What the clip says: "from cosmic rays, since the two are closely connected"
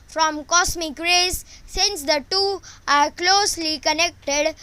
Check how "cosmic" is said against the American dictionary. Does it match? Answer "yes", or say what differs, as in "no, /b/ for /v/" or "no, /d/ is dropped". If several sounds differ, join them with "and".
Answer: no, /s/ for /z/